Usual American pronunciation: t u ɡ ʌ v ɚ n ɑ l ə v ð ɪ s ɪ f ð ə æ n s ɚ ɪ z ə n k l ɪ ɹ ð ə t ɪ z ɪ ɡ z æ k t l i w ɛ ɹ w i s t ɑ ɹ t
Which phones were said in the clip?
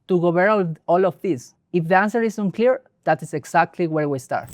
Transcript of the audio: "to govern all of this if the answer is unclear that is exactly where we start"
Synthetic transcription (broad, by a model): t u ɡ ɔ b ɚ ɑ l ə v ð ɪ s ɪ f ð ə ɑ n s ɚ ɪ s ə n k l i ɹ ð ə t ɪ s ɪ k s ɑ k t l i w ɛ ɹ w i s t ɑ ɹ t